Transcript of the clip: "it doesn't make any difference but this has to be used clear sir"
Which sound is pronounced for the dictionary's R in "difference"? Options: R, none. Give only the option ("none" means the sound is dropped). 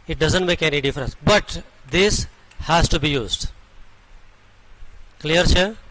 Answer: R